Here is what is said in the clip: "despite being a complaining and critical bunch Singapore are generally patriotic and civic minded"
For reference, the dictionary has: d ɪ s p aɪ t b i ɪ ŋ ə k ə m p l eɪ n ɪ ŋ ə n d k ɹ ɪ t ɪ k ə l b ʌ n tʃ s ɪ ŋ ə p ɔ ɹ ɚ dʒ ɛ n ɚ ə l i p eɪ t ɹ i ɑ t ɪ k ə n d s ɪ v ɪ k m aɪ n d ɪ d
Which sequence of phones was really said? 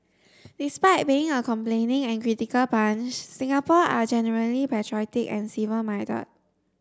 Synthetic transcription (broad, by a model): d ɪ s p aɪ t b i ɪ ŋ ə k ə m p l eɪ n ɪ ŋ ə n k ɹ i t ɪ k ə l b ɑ n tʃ s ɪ ŋ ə p ɔ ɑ dʒ ɛ n ɚ ə l i p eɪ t ɹ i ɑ t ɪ k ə n s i v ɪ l m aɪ d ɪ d